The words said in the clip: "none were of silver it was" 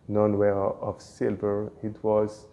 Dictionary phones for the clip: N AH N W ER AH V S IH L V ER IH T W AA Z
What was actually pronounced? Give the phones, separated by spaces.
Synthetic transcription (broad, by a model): N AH N W ER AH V S IH L V ER IH T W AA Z